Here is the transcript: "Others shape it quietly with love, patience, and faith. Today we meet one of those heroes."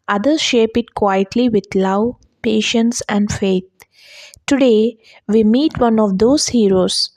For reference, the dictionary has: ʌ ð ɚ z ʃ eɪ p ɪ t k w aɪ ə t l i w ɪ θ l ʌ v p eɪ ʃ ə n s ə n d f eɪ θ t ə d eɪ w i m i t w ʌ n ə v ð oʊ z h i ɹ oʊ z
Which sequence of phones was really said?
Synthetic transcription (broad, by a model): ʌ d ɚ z ʃ eɪ p ɪ t k w aɪ ə t l i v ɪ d l ʌ v p eɪ ʃ ə n s ə n d f eɪ t t ə d eɪ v i m i t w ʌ n ə v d oʊ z h i ɹ oʊ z